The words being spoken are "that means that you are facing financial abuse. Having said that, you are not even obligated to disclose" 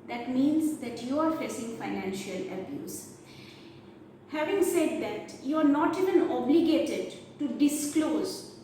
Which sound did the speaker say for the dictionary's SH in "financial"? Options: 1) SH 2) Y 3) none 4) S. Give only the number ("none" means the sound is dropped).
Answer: 1